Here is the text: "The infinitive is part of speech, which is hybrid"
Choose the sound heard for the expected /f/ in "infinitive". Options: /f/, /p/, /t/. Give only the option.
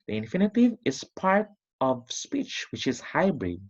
/f/